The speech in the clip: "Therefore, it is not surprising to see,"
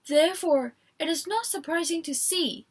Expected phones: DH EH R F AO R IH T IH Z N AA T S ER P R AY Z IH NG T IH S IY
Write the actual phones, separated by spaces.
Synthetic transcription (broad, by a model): DH EH R F AO R IH T IH Z N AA T S ER P R AY Z IH NG T IH S IY